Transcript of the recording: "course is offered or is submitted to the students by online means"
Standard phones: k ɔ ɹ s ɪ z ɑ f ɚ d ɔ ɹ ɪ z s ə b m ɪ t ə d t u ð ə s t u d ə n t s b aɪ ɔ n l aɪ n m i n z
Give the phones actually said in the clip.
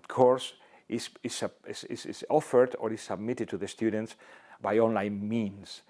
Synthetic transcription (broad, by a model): k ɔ ɹ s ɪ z ɑ f ɚ d ɔ ɹ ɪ s ə b m ɪ t ə d t u ð ə s t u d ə n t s b aɪ ɔ n l aɪ n m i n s